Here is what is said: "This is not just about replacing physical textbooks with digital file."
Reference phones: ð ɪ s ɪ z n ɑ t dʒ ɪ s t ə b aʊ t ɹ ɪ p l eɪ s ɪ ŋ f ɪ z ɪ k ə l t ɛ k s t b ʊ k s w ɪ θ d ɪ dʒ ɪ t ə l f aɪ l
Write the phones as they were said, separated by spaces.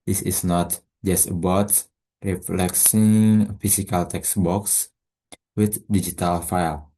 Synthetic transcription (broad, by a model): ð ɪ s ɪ s n ɑ t dʒ ɪ s t ə b aʊ t ɹ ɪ f l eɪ s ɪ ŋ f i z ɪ k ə l t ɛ k s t b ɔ k s w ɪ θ d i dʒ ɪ t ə l f aɪ l